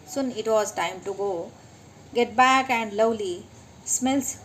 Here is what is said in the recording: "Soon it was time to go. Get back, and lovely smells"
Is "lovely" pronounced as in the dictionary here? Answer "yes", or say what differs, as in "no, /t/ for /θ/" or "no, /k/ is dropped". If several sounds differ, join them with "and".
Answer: no, /w/ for /v/